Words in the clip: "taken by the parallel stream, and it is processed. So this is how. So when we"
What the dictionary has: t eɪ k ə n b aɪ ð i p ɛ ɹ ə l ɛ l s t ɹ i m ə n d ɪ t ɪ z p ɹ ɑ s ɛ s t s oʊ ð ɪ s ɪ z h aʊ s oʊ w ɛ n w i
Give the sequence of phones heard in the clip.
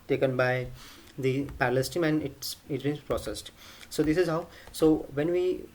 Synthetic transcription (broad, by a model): t eɪ k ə n b aɪ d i p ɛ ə l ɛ s t i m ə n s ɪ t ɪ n p ɹ ɑ s ɛ s t s oʊ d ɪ s ɪ z h aʊ s oʊ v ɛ n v i